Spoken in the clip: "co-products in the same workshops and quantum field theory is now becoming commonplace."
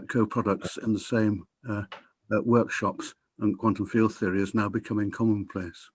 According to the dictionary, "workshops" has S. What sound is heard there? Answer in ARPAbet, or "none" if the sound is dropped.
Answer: S